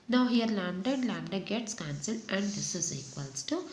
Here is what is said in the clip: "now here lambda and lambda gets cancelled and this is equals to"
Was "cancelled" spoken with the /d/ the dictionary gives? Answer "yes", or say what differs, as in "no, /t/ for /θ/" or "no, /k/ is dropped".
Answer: no, /d/ is dropped